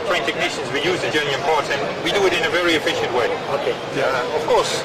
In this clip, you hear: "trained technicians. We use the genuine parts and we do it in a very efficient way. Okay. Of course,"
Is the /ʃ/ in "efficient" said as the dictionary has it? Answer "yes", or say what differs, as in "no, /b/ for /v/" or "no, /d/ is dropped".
yes